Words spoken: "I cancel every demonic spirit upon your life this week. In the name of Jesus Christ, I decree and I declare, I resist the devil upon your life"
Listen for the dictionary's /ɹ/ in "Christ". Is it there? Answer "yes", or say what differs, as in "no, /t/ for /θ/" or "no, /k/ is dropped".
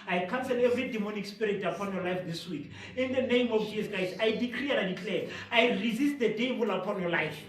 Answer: no, /ɹ/ is dropped